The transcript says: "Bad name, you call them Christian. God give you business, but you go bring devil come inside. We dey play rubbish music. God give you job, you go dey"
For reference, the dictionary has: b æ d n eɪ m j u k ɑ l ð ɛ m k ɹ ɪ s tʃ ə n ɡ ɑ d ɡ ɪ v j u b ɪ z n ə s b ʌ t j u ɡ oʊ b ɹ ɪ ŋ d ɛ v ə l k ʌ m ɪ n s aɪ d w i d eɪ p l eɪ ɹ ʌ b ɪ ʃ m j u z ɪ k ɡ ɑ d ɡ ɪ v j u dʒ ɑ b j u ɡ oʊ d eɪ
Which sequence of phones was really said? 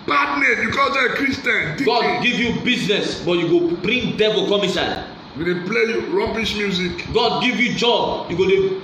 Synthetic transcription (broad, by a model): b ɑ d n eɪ j u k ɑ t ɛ k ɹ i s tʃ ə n ɡ ɑ d ɡ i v j u b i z n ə s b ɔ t j u ɡ oʊ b ɹ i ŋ d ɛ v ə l k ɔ m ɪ s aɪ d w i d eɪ p l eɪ ɹ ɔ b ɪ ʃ m j u z ɪ k ɡ ɑ d ɡ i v j u dʒ ɑ b j u ɡ oʊ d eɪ